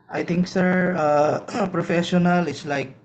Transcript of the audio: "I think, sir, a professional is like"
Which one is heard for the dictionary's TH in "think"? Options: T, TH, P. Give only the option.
T